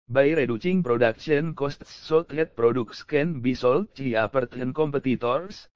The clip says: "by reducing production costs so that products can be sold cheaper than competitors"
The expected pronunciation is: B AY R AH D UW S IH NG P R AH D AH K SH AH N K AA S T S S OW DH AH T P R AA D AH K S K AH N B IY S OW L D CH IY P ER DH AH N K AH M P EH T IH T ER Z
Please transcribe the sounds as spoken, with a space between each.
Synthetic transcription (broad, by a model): B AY R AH D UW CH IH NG P R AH D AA K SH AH N K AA S T S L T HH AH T P R AA D AH K S K AH N B IY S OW L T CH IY P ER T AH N K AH M P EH T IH T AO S